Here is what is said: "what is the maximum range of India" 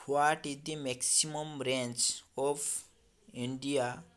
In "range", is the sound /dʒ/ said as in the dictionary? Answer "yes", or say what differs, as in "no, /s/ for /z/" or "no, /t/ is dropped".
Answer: no, /tʃ/ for /dʒ/